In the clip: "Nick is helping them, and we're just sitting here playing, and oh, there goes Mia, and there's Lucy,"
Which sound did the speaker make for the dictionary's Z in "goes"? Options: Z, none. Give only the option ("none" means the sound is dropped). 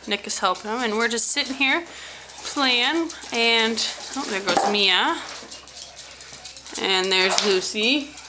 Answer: Z